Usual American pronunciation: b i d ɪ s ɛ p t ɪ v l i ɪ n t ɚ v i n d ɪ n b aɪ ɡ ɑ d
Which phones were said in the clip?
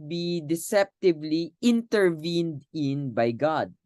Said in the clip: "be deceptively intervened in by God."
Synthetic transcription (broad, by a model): b i d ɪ s ɛ p t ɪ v l i ɪ n t ɚ v i n d ɪ n b aɪ ɡ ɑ d